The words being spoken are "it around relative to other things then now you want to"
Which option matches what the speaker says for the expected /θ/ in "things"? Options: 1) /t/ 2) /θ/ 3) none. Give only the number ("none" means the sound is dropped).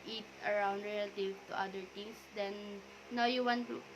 1